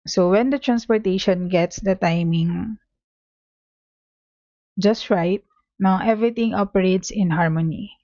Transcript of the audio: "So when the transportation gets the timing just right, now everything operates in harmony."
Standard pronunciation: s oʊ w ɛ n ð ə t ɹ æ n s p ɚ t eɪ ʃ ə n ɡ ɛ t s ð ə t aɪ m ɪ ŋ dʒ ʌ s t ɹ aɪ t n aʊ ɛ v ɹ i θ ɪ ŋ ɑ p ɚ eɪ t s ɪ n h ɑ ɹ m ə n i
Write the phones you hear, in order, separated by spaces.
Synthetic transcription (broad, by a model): s oʊ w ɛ n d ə t ɹ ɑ n s p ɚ t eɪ ʃ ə n ɡ ɛ t s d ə t aɪ m ɪ ŋ dʒ ʌ s t ɹ aɪ t n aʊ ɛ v ɹ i t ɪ ŋ ɑ p ɚ eɪ t s ɪ n h ɑ ɹ m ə n i